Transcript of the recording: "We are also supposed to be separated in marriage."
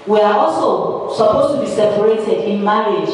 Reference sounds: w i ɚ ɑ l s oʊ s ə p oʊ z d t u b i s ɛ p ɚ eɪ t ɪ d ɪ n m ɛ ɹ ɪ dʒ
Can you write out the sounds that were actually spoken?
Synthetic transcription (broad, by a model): w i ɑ ɑ l s oʊ s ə p oʊ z t u b i s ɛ p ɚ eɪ t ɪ d ɪ n m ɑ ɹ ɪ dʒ